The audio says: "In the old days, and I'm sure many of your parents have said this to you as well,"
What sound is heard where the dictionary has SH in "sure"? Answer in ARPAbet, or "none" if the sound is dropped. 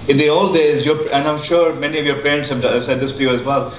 SH